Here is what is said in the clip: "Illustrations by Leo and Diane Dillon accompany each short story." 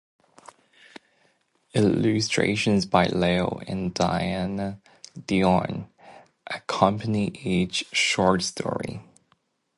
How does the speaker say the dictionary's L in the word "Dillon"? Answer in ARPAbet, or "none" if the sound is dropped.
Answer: none